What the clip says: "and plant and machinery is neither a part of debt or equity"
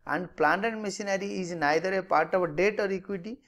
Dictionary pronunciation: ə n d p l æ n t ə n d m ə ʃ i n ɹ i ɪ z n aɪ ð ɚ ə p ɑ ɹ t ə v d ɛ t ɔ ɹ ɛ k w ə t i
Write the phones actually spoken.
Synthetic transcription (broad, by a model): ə n d p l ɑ n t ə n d m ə s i n ɹ i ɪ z n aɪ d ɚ ə p ɑ ɹ t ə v d ɛ t ɔ ɹ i k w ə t i